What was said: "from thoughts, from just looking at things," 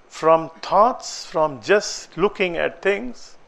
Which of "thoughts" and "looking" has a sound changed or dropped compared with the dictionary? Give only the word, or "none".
thoughts